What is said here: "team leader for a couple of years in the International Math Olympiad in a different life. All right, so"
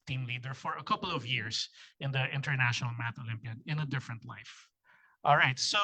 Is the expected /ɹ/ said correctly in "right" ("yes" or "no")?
yes